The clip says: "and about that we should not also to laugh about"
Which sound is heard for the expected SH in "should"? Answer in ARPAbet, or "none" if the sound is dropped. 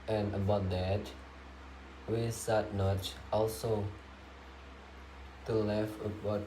S